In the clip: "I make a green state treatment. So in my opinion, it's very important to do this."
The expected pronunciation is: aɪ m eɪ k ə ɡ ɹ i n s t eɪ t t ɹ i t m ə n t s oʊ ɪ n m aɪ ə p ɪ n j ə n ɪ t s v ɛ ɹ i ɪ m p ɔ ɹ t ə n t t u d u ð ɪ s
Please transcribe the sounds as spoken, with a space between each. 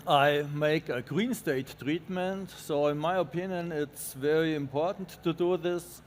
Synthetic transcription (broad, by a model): aɪ m eɪ k ə ɡ ɹ i n s t eɪ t t ɹ i t m ə n t s oʊ ɪ n m aɪ ə p ɪ n j ə n ɪ t s v ɛ ɹ i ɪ m p ɔ ɹ t n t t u d u ð ɪ s